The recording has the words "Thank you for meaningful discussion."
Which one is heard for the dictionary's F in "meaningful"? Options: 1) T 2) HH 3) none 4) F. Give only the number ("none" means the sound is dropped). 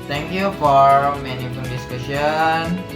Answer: 3